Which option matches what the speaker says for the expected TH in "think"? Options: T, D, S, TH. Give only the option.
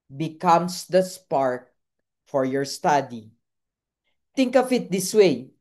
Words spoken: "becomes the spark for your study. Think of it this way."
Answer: T